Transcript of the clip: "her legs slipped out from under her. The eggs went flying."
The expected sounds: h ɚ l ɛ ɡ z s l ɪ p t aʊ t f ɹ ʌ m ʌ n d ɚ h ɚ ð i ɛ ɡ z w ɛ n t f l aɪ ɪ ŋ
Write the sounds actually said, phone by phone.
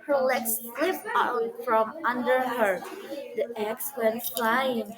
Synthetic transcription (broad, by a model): h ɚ l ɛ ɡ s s l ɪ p aʊ f ɹ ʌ m ʌ n d ɚ h ɚ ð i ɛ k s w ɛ n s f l aɪ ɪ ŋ